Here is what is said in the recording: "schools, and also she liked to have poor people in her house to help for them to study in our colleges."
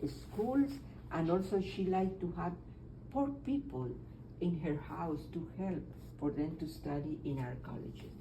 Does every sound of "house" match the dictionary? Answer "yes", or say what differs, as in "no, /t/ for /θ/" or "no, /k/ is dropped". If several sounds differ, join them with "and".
yes